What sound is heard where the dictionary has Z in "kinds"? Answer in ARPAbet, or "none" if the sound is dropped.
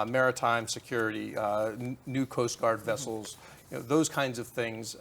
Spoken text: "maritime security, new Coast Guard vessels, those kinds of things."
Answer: Z